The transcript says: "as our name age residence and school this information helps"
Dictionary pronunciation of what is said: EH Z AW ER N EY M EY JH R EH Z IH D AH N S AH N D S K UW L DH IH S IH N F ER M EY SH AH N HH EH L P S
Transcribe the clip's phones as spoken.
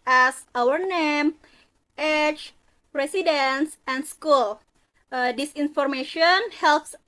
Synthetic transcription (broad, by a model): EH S AW ER N EY M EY CH R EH S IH D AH N S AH N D S K UW L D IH S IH N F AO M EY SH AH N HH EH L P S